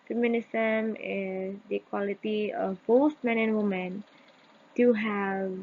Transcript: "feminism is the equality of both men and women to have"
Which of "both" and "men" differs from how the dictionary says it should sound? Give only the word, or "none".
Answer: both